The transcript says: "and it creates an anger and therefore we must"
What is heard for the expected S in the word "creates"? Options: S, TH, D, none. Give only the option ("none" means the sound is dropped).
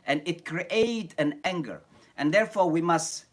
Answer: none